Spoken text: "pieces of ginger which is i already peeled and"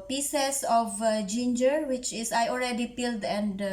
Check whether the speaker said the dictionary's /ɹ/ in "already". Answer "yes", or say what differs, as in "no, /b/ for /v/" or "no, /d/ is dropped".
no, /l/ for /ɹ/